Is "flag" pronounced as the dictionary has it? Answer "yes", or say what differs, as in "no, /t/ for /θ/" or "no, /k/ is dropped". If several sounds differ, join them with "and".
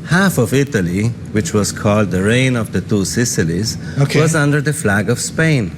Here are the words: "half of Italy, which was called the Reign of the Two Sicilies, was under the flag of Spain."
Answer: yes